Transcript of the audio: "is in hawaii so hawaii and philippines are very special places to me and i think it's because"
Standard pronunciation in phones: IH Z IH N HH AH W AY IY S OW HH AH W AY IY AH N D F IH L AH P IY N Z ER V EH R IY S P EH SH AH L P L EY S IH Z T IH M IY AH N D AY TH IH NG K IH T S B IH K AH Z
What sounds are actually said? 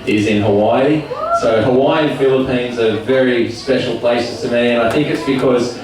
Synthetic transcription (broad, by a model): IH Z IH N HH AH W AY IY S OW HH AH W AY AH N F IH L AH P IY N Z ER V EH R IY S P EH SH L P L EY S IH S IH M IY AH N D AY TH IH NG K IH T S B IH K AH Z